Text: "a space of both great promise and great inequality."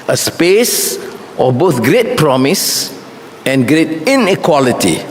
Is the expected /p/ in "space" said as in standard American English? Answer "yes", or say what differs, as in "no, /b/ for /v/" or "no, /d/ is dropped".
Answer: yes